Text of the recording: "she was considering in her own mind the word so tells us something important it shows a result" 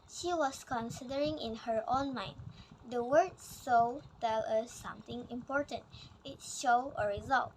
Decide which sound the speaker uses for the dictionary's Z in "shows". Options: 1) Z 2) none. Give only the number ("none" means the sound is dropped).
2